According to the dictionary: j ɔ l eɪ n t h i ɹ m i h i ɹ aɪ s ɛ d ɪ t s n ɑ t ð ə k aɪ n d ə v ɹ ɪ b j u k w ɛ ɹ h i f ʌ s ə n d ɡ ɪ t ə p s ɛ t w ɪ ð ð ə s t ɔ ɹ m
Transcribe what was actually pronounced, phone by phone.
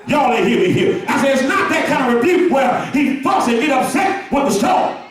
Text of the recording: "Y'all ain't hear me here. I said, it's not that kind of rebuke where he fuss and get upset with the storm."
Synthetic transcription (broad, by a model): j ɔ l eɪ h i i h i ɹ aɪ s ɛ ɪ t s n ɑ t ð ə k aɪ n ə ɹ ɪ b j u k w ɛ l h i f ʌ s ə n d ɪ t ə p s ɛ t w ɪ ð ð ə s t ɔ